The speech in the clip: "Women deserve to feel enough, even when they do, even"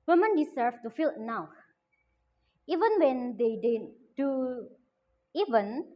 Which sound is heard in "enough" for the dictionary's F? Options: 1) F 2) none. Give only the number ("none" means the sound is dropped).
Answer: 2